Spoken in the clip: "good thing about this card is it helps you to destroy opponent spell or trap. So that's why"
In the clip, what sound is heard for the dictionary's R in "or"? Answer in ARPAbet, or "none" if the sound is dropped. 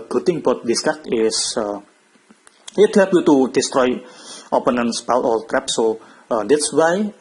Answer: L